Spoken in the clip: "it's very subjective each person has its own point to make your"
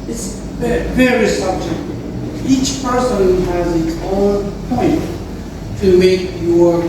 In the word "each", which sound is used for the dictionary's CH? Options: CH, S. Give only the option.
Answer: CH